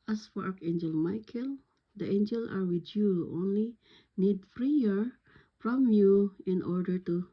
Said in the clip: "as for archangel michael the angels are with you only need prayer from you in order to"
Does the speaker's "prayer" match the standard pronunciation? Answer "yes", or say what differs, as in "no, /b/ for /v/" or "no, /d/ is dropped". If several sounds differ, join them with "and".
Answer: no, /f/ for /p/